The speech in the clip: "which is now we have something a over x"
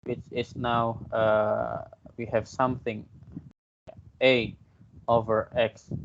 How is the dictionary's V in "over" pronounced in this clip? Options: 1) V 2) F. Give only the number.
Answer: 1